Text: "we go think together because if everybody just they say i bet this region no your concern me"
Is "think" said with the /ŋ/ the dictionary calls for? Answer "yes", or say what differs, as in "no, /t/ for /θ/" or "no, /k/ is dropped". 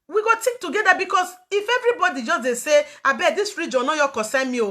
no, /ŋ/ is dropped